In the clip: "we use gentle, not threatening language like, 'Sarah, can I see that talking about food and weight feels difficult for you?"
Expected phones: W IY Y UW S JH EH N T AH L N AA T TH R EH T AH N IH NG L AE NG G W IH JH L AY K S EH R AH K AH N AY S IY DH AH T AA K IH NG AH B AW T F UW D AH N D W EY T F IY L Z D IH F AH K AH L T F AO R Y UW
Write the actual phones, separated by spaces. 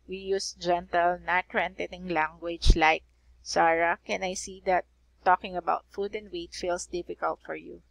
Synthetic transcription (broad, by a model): W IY Y UW S JH EH N T AH L N AA T R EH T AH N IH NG L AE NG G W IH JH L AY K S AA R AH K AH N AY S IY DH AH T AA K IH NG AH B AW T F UW D AH N D W EY T F IY L S D IH F AH K AH L T F AO R Y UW